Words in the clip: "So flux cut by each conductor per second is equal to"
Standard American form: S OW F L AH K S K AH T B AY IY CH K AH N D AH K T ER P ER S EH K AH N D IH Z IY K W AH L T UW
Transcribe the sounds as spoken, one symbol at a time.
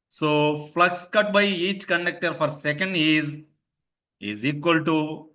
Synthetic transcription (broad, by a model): S OW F L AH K S K AH T B AY IY CH K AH N D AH K T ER F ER S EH K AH N D IH Z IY K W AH L T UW